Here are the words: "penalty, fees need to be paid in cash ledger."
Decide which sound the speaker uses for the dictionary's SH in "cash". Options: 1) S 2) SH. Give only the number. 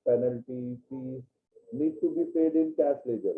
1